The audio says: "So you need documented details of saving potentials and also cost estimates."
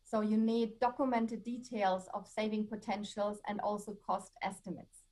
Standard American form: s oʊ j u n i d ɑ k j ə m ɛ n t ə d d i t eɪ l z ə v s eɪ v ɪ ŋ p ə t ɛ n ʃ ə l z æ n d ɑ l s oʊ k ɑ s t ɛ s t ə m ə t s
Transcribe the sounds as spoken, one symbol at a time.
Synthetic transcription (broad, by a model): s oʊ j u n i d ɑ k j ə m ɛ n t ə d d i t eɪ l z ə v s eɪ v ɪ ŋ p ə t ɛ n ʃ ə l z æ n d ɑ l s oʊ k ɑ s t ɛ s t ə m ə t s